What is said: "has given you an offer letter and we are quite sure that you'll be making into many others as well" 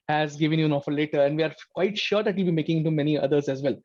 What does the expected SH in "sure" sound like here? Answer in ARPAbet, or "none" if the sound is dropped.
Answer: SH